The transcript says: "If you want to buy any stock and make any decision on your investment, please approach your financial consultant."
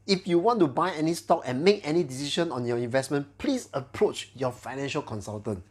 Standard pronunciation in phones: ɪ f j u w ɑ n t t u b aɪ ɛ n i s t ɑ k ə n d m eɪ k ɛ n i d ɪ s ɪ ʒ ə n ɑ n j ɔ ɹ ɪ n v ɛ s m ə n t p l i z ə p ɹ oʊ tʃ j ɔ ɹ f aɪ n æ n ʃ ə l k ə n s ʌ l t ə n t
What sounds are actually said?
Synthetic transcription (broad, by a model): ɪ f j u w ɑ n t t u b aɪ ɛ n i s t ɑ k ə n m eɪ k ɛ n i d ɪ s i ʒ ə n ɑ n j ɔ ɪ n v ɛ s m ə n p l i s ə p ɹ oʊ tʃ j ɔ f aɪ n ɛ n ʃ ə l k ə n s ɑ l t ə n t